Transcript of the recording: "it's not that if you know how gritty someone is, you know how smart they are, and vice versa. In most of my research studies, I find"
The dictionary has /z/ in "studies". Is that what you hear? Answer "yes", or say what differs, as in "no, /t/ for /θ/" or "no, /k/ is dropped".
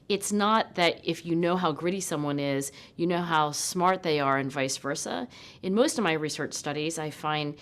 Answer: yes